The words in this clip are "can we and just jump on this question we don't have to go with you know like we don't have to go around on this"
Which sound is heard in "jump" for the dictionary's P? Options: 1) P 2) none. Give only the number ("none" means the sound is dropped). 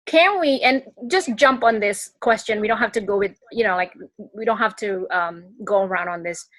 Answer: 1